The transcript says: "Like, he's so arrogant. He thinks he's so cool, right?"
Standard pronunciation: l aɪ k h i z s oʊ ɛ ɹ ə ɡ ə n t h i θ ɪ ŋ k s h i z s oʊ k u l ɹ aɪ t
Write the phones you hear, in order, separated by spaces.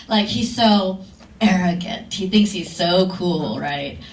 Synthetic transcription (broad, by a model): l aɪ k h i z s oʊ ɛ ɹ ə ɡ ə n t h i θ ɪ ŋ k s h i z s oʊ k u l ɹ aɪ t